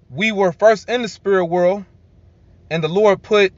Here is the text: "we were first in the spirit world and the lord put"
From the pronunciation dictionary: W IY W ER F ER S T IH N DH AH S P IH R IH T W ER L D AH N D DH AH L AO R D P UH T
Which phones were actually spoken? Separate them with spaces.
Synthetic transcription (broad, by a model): W IY W ER F ER S T IH N DH AH S P IH R IH T W ER L D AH N DH AH L AO R D P UH T